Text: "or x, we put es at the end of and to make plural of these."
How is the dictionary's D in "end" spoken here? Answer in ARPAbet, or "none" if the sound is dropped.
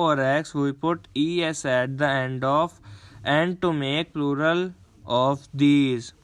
D